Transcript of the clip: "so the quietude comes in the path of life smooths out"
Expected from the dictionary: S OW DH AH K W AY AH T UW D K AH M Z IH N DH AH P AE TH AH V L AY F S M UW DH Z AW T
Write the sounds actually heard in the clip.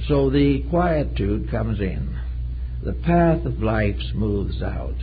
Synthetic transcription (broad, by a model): S OW DH AH K W AY AH T UW D K AH M Z IH N DH AH P AE TH AH V L AY F S M UW DH Z AW T